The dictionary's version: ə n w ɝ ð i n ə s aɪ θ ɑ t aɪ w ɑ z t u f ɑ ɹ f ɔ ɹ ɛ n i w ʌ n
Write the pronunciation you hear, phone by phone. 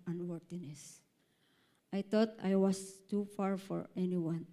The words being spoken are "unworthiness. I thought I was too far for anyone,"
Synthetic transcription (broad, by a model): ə n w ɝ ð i n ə s aɪ t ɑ t aɪ w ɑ s t u f ɑ ɹ f ɔ ɹ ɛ n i w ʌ n